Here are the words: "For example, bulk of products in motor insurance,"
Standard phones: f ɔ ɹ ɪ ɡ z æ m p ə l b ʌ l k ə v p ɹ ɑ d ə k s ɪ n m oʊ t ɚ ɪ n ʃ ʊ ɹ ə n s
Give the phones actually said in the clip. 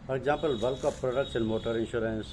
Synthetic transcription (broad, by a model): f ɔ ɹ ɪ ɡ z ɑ m p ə l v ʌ l k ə f p ɹ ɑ d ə k ʃ ɪ n m oʊ t ɚ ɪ n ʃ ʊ ɹ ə n s